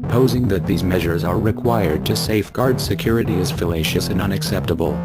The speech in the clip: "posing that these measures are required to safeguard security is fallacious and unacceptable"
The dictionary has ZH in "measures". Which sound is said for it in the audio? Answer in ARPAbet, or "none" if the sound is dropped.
ZH